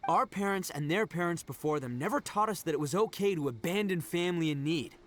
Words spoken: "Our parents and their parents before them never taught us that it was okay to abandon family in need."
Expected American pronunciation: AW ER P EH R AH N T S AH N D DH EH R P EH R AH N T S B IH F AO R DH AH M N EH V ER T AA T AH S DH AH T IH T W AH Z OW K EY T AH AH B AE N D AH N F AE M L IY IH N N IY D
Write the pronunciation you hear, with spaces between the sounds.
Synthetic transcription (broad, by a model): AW ER P EH R AH N T S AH N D DH EH R P EH R AH N T S B IH F AO R DH AH M N EH V ER T AA T AH S DH AH T IH T W AH Z OW K EY T AH AH B AE N D AH N F AE M L IY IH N N IY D